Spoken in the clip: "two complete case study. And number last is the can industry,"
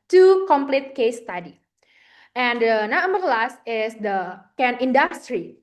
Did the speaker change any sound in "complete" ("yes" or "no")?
no